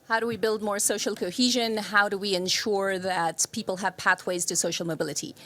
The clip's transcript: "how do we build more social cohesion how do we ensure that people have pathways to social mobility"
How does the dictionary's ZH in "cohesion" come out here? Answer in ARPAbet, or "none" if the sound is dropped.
ZH